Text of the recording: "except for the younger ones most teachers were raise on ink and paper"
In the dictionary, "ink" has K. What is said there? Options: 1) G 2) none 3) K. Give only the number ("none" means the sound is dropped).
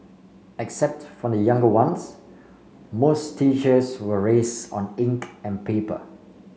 3